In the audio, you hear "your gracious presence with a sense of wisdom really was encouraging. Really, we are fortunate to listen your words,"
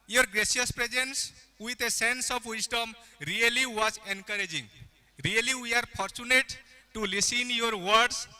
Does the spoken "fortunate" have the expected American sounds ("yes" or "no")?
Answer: no